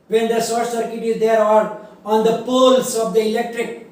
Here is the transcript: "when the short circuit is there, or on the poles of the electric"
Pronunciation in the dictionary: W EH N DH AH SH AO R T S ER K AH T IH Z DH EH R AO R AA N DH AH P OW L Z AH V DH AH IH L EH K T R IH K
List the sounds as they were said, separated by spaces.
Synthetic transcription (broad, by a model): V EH N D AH S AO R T S ER K AH T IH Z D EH R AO R AA N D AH P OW L S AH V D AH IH L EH K T R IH K